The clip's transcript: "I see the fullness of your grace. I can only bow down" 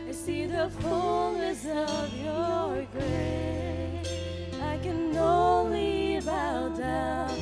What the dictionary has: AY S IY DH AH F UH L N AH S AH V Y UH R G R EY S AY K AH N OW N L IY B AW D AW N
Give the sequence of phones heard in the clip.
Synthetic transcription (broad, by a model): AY S IY DH AH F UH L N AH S AH V Y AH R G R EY AY K AH N OW N L IY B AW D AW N